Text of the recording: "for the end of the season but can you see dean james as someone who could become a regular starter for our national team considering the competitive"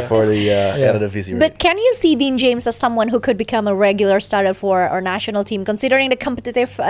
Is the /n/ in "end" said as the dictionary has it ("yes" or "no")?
no